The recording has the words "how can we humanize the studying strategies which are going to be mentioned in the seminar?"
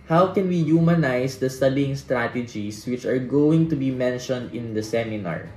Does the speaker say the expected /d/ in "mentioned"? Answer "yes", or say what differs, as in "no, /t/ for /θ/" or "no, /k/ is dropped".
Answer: yes